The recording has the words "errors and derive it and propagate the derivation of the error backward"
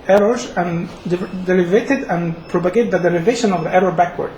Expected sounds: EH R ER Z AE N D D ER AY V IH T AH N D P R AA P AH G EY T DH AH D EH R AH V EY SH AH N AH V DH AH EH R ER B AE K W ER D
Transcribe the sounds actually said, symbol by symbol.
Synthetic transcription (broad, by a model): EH R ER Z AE N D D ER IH V IH T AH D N P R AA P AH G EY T DH AH D EH R AH V EY SH AH N AH V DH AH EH R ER B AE K W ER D